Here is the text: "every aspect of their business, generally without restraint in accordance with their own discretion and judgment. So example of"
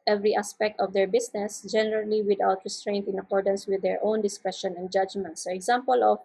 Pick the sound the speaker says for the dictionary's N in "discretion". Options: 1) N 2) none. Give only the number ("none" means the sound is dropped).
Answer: 1